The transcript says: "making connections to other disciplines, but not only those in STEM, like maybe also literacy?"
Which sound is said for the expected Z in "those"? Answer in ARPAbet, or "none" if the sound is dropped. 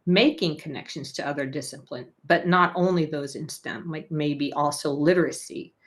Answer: Z